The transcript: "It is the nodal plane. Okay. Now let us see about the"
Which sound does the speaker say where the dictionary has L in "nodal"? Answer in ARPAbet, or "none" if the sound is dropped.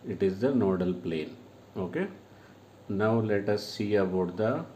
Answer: L